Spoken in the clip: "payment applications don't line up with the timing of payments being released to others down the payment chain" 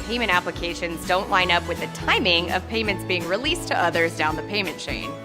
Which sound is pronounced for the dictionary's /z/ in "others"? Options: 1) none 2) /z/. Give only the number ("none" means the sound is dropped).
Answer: 2